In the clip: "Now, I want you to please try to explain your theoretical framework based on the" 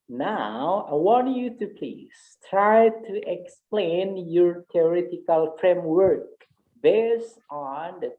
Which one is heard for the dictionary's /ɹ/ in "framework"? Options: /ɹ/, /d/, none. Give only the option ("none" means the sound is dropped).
/ɹ/